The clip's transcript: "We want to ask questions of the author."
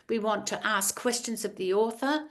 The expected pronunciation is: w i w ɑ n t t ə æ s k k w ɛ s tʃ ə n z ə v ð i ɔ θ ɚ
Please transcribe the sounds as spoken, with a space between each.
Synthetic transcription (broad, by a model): w i w ɑ n t t ə s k k w ɛ s tʃ ə n z ə v ð i ɔ θ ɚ